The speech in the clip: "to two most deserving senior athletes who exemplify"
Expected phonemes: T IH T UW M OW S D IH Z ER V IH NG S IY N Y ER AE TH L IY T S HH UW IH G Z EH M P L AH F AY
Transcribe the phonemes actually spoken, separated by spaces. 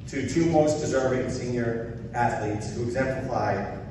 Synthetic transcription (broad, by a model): T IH T UW M OW S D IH Z ER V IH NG S IY N Y ER AE TH L IY T S HH UW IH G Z EH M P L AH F AY